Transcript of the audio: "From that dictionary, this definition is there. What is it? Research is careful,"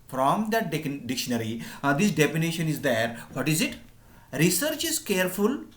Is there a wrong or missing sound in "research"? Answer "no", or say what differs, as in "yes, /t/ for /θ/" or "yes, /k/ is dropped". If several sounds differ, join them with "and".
no